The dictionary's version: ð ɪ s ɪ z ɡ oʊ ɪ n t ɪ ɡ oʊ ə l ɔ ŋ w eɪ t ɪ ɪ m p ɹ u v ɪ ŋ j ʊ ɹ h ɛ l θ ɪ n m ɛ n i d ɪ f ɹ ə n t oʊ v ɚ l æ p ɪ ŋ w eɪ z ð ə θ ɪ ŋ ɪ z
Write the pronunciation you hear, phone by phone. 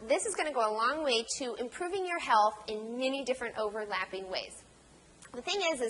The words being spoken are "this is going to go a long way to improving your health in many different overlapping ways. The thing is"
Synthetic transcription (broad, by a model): ð ɪ s ɪ z ɡ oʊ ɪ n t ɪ ɡ oʊ ə l ɔ ŋ w eɪ t ɪ ɪ m p ɹ u v ɪ ŋ j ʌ ɹ h ɛ l θ ɪ n m ɛ n i d ɪ f ɹ ə n t oʊ v ɚ l æ p ɪ ŋ w eɪ z ð ə θ ɪ ŋ ɪ z